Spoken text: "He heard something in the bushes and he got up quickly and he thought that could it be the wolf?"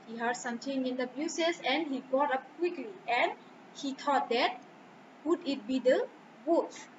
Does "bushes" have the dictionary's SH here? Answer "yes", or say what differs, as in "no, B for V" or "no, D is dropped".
no, S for SH